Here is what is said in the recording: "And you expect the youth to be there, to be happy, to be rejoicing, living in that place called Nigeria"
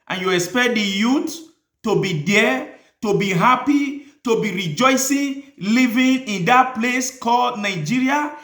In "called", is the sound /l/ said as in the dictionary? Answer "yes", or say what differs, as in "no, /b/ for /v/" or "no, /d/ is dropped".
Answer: yes